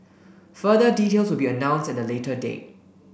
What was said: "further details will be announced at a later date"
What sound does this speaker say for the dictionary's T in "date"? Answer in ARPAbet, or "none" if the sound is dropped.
none